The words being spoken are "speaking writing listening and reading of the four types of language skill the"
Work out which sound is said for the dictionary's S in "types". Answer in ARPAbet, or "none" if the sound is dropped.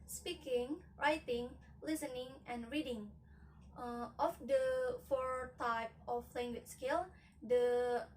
none